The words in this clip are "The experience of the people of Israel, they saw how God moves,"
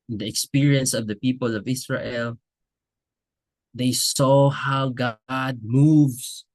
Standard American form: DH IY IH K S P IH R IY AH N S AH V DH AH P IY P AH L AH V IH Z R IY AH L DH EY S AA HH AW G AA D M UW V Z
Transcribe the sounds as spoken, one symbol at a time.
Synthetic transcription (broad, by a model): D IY IH K S P IH R IY AH N S AH V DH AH P IY P AH L AH V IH S R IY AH L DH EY S AA HH AW G AA D M UW V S